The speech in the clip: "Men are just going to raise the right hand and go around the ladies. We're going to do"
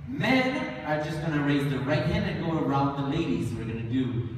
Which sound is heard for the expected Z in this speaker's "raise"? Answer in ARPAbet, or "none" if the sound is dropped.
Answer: Z